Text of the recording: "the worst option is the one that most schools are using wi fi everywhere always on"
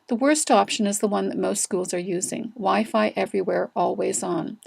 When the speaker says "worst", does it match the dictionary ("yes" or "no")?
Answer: yes